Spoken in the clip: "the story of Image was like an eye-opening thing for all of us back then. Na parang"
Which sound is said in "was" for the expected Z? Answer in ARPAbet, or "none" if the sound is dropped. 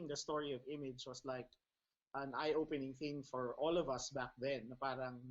S